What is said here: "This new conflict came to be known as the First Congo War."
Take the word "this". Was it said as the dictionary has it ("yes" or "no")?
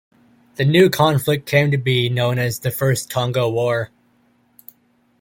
no